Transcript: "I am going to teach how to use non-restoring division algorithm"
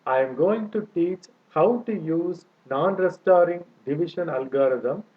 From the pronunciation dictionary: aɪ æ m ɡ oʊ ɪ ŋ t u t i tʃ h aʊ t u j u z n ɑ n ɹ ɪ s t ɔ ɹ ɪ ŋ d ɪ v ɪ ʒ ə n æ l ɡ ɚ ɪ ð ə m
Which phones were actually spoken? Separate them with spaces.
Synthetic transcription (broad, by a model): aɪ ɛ m ɡ oʊ ɪ ŋ t u t i tʃ h aʊ t u j u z n ɑ n ɹ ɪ s t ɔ ɹ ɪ ŋ d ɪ v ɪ ʃ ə n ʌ l ɡ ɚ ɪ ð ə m